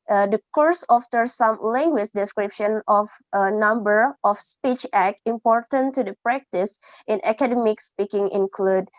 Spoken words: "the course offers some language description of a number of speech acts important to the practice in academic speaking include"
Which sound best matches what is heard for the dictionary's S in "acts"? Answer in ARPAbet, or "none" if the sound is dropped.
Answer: none